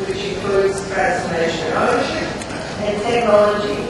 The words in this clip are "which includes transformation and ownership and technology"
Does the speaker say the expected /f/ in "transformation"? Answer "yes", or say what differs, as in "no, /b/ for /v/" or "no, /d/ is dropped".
no, /f/ is dropped